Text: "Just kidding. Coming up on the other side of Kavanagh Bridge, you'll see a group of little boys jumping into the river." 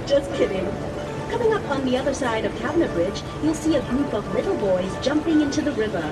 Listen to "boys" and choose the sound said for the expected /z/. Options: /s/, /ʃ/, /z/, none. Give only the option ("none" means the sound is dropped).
/z/